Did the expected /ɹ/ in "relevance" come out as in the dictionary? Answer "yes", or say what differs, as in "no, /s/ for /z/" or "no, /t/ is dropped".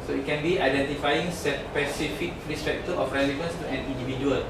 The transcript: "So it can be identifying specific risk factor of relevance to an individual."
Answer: yes